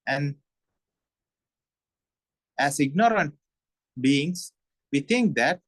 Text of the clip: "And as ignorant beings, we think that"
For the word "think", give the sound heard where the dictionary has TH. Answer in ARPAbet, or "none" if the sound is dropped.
T